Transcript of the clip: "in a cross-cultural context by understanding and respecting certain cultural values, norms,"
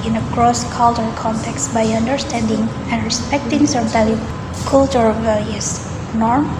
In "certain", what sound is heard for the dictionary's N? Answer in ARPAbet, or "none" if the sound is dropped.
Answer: L